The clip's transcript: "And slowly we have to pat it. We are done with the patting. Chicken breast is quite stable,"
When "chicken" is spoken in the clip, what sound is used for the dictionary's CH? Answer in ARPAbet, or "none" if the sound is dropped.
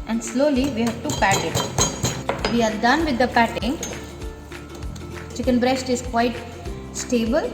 CH